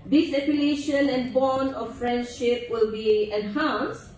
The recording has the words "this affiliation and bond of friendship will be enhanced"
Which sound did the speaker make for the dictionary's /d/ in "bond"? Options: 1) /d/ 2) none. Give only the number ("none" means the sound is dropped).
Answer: 2